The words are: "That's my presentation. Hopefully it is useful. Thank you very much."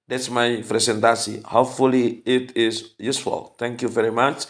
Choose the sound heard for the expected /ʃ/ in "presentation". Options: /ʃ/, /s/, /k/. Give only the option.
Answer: /s/